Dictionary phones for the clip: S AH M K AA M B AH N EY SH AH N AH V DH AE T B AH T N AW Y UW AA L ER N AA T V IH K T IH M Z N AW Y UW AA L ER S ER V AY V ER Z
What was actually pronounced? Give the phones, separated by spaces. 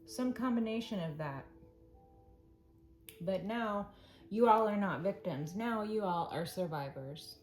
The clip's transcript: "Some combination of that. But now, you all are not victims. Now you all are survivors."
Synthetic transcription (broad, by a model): S AH M K AA M B AH N EY SH AH N AH V DH AE T B AH T N AW Y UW AA L ER N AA T V IH K T IH M Z N AW Y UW AA L ER S ER V AY V ER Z